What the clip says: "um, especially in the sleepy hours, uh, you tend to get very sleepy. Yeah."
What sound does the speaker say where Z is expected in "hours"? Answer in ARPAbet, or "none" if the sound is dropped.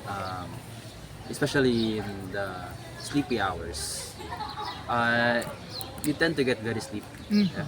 S